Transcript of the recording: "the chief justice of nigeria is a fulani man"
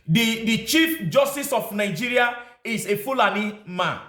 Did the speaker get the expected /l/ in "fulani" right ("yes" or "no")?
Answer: yes